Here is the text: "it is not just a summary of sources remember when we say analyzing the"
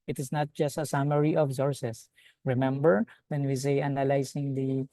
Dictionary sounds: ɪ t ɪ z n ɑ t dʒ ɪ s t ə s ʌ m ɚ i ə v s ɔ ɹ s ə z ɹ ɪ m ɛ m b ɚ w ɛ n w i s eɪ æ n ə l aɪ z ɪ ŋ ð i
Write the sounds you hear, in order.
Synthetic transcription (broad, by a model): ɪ t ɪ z n ɑ t dʒ ɪ s t ə s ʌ m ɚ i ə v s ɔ ɹ s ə s ɹ ɪ m ɛ m b ɚ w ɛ n w i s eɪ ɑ n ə l aɪ s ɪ ŋ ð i